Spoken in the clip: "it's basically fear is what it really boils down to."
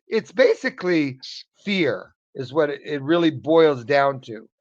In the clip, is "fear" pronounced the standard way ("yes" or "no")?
yes